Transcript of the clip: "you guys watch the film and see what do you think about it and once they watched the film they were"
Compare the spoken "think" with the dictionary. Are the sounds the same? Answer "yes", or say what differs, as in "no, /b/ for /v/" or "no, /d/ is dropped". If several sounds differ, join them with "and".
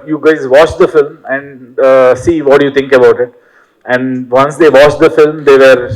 no, /t/ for /θ/